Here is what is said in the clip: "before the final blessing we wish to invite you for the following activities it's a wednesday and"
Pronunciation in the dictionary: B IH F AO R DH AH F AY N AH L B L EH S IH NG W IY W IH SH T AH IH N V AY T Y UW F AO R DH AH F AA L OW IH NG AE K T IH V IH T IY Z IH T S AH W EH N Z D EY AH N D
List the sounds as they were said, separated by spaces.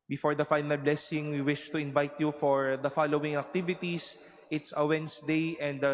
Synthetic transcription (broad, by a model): B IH F AO R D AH F AY N AH L B L EH S IH NG W IY W IH SH T AH IH N V AY T Y UW F AO R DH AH F AA L OW IH NG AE K T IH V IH T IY S IH T S AH W EH N S D EY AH N D